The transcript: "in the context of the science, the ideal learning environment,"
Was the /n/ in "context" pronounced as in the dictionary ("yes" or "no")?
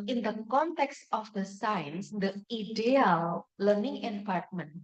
yes